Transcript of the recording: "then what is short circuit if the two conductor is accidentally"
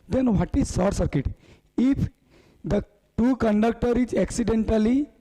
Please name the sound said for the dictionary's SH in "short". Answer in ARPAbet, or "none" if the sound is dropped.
S